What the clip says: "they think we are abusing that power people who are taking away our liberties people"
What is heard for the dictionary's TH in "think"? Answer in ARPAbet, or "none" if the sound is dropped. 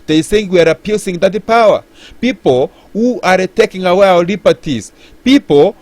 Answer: S